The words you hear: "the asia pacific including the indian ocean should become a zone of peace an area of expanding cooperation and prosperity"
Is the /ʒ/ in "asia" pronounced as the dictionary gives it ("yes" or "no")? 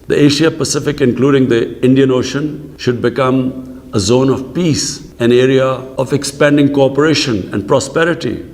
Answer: no